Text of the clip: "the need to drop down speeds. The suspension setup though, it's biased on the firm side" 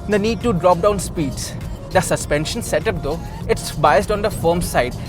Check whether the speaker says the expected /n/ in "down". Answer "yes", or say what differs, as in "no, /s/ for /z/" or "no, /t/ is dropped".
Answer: yes